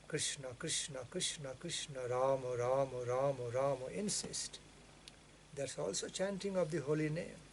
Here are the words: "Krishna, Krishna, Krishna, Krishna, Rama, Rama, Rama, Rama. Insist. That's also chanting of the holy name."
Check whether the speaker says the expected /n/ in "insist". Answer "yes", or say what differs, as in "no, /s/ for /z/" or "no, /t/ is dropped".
yes